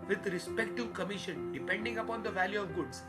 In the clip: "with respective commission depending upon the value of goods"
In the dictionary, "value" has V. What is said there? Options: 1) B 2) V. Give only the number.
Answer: 2